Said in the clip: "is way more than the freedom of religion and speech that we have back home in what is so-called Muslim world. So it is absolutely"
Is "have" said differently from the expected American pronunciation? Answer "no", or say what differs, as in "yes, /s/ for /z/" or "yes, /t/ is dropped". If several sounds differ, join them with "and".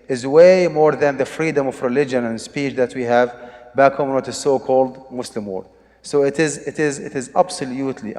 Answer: no